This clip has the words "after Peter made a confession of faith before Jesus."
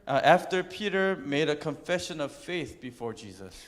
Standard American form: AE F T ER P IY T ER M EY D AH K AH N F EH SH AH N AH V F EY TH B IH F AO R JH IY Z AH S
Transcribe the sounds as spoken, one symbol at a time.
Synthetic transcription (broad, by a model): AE F T ER P IY T ER M EY D AH K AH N F EH SH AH N AH V F EY TH B IH F AO R JH IY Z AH S